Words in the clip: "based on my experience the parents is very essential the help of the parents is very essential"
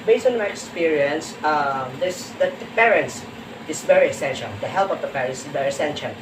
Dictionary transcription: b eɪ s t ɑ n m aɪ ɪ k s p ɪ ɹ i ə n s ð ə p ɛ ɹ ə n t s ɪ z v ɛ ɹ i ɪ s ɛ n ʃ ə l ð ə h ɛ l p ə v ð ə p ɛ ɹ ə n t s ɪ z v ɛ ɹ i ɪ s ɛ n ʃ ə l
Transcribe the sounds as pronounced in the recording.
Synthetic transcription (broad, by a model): b eɪ s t ɑ n m aɪ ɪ k s p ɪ ɹ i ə n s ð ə p ɛ ɹ ə n t s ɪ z v ɛ ɹ i ɪ s ɛ n ʃ ə l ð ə h ɛ l p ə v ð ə p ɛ ɹ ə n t s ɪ v ɛ ɹ i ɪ s ɛ n ʃ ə l